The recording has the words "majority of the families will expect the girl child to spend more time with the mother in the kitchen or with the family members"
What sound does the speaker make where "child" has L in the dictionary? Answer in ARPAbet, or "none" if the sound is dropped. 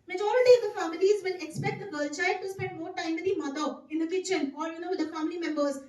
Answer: none